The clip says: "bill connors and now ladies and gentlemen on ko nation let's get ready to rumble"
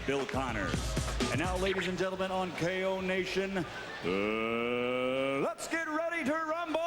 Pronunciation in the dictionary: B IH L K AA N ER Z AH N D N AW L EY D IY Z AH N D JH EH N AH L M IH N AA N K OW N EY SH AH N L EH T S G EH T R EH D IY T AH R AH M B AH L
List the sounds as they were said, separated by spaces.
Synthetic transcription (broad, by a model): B IH L K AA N ER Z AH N N AW L EY D IY Z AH N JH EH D L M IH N N K OW N EY SH AH N L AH T S G EH T R EH D IY T AH R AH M B